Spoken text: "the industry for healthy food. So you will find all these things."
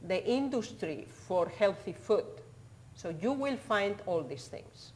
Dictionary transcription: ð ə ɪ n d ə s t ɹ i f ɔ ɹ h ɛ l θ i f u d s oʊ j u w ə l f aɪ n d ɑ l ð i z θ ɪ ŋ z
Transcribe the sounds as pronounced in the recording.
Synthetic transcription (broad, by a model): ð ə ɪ n d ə s t ɹ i f ɔ ɹ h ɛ l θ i f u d s oʊ j u w ə l f aɪ n d ɑ l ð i s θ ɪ ŋ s